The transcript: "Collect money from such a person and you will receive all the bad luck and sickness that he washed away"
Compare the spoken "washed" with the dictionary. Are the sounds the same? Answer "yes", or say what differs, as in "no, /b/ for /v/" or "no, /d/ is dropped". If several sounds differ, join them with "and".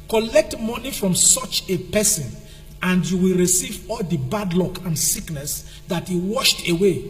yes